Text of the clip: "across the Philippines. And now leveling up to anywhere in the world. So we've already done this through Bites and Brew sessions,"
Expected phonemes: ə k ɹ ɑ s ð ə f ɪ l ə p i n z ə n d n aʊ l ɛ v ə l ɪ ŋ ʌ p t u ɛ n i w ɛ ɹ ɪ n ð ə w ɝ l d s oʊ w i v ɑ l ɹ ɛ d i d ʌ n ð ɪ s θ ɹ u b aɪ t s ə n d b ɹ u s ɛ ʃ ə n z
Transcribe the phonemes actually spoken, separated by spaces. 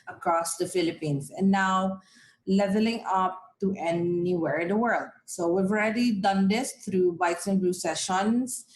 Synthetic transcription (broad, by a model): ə k ɹ ɑ s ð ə f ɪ l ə p i n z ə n n aʊ l ɛ v ə l ɪ ŋ ʌ p t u ɛ n i w ɛ ɹ ɪ n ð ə w ɝ l d s oʊ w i v ɑ l ɹ ɛ d i d ʌ n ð ɪ s t ɹ u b aɪ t s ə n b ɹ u s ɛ ʃ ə n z